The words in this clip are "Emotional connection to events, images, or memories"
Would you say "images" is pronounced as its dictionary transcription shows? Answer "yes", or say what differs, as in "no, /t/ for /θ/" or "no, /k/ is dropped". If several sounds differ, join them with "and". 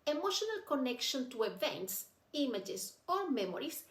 no, /s/ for /z/